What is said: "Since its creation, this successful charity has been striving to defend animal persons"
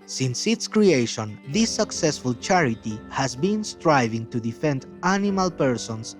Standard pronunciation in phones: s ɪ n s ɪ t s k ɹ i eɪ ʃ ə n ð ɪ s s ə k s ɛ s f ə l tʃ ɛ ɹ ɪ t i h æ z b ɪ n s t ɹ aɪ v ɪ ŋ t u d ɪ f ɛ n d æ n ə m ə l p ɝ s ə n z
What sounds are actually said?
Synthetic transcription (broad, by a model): s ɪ n s ɪ t s k ɹ i eɪ ʃ ə n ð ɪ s s ə k s ɛ s f ə l tʃ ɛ ɹ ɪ t i h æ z b ɪ n s t ɹ aɪ v ɪ ŋ t u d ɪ f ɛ n d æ n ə m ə l p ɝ s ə n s